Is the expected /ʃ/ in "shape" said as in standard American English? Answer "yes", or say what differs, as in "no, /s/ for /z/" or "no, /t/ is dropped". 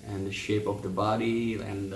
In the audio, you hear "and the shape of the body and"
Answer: yes